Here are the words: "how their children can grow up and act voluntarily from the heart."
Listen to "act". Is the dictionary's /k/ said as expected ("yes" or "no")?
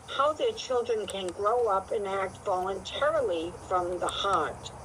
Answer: yes